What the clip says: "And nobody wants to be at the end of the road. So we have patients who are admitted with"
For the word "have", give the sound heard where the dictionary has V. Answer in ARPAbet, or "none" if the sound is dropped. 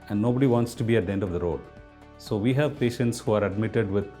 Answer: V